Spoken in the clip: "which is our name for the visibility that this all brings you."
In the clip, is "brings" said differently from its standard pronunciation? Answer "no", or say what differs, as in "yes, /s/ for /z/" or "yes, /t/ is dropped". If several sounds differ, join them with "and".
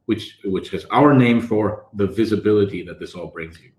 no